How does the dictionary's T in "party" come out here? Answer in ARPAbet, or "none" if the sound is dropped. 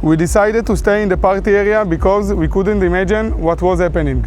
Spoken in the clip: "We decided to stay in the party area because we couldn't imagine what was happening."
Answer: T